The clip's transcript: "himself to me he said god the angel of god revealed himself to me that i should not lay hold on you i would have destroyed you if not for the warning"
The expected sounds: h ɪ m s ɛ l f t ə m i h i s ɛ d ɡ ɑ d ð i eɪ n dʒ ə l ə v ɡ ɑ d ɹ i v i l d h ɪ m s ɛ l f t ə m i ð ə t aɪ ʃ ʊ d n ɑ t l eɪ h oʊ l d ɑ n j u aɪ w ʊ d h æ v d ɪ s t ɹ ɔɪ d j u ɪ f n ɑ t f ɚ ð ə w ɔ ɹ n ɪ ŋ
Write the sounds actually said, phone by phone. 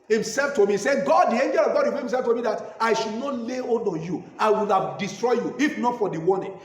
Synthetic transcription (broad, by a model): h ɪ m s ɛ l f t ə m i i s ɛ ɡ ɑ d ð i eɪ n dʒ ə l ə v ɡ ɑ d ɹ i w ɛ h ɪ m s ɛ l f t ə m i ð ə t aɪ ʃ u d n ɑ t l eɪ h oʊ d ɑ n j u aɪ w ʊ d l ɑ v d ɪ s t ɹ ɔɪ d j u ɪ f n ɑ t f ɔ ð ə w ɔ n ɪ